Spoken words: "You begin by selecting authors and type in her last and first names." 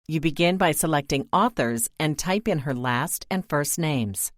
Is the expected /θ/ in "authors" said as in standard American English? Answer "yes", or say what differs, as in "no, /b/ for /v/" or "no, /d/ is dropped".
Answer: yes